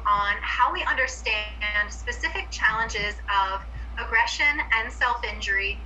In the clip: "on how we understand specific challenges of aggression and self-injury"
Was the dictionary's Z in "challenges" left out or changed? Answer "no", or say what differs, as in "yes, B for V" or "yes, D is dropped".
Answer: no